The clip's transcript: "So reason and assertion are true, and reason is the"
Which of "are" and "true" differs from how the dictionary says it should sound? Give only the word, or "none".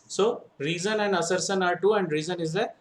true